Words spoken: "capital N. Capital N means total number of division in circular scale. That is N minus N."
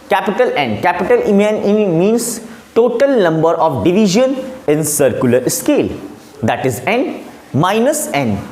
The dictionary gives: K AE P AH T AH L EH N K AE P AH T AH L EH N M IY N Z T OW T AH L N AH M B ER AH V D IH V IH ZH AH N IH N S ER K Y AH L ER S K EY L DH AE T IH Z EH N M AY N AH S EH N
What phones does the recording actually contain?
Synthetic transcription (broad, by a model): K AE P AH T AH L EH N K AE P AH T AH L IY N M IY N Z T OW T AH L N AH M B ER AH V D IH V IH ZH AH N IH N S ER K Y AH L ER S K EY L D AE T IH Z EH N M AY N AH S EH N